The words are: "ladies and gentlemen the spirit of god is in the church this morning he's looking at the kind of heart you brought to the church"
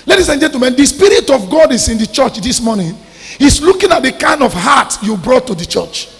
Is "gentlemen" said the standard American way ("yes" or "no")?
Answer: no